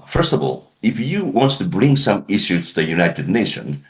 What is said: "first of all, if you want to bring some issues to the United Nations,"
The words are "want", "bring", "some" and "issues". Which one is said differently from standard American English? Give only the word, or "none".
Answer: issues